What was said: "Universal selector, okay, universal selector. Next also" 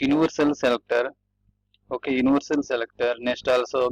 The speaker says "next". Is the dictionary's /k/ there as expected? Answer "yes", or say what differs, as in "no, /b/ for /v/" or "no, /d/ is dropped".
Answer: no, /k/ is dropped